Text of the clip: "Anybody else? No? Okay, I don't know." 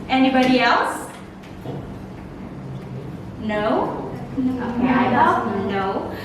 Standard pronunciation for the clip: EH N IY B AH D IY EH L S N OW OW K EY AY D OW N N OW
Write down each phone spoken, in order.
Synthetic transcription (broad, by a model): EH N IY B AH D IY EH L S N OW OW UH AY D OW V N OW